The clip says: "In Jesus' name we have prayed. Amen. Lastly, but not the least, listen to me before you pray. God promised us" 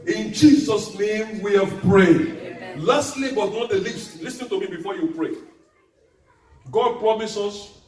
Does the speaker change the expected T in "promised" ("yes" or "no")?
yes